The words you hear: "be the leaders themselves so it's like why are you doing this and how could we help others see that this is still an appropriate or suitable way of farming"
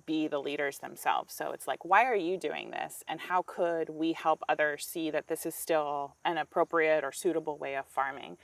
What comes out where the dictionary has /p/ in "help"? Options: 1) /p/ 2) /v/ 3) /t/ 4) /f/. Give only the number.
1